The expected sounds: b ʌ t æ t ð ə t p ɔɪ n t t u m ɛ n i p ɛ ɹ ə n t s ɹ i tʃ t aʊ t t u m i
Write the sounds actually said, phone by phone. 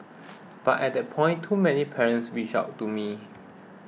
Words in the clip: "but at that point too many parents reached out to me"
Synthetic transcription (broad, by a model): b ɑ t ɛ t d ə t p ɔɪ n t t u m ɛ n i p ɛ ɹ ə n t s w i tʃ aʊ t t u m i